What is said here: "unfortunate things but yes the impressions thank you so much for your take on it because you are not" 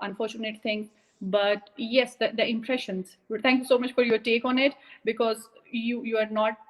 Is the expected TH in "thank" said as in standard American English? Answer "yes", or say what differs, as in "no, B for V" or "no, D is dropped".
no, T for TH